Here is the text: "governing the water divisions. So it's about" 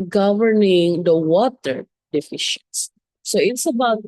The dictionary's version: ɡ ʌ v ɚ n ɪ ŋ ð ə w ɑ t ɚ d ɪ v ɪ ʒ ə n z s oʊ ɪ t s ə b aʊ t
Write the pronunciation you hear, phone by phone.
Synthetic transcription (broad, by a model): ɡ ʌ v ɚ n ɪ ŋ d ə w ɑ t ɚ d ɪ f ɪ ʃ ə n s s oʊ ɪ t s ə b aʊ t